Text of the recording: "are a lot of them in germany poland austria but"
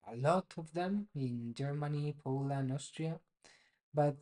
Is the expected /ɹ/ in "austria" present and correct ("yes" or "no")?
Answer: yes